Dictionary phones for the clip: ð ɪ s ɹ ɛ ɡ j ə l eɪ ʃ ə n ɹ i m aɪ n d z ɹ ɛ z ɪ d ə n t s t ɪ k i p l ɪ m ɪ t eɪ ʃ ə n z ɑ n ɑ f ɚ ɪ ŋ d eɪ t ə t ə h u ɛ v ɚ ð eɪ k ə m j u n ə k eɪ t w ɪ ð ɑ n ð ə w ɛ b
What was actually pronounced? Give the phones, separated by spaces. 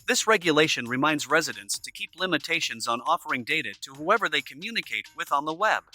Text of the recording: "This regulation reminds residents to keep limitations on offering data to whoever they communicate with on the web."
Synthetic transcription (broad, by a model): ð ɪ s ɹ ɛ ɡ j ə l eɪ ʃ ə n ɹ i m aɪ n d z ɹ ɛ z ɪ d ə n s t ɪ k i p l ɪ m ɪ t eɪ ʃ ə n z n ɑ f ɚ ɪ ŋ d eɪ t ə t ə h u ɛ v ɚ ð eɪ k ə m j u n ə k eɪ t w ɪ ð n ð ə w ɛ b